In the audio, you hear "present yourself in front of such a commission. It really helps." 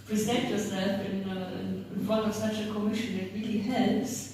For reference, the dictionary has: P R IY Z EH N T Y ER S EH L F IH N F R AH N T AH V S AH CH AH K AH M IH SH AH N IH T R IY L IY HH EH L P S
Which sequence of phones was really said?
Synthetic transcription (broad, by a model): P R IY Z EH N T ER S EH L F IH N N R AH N AH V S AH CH AH K AH M IH SH AH N IH T R IY L IY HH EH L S